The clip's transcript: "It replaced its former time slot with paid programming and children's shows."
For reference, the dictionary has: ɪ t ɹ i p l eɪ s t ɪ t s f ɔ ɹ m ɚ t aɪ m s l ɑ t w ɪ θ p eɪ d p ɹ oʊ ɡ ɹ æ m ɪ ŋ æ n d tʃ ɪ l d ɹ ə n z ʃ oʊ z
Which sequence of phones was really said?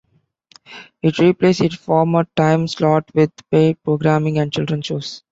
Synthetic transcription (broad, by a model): ɪ t ɹ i p l eɪ s ɪ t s f ɔ ɹ m ɚ t aɪ m s l ɑ t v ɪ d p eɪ p ɹ oʊ ɡ ɹ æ m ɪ ŋ æ n d tʃ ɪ l d ɹ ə n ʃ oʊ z